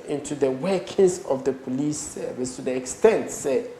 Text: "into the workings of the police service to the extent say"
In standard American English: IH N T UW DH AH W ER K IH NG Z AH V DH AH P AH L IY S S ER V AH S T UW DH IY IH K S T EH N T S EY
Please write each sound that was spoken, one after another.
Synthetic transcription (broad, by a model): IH N T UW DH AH W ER K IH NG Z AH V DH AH P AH L IY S S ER V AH S T UW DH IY IH K S T EH N T S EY